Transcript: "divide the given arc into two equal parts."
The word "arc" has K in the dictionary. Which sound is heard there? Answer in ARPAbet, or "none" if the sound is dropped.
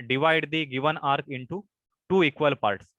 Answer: K